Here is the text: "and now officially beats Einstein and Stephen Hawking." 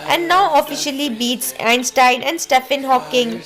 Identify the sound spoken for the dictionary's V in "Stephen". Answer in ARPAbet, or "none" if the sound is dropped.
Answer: F